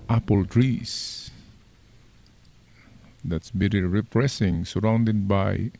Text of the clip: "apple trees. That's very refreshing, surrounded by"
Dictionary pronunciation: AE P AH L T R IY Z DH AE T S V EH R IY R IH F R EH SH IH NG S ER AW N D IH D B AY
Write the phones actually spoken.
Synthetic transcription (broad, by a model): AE P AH L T R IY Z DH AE T S B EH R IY R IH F R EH S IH NG S ER AW N D IH D B AY